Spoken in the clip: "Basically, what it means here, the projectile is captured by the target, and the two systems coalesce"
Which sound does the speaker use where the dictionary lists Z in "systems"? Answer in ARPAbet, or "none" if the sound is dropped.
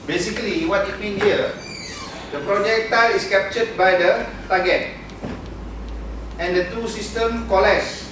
none